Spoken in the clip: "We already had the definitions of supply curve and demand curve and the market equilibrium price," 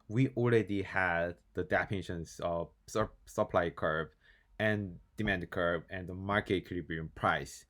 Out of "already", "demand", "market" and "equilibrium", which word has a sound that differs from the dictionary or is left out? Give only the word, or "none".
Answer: equilibrium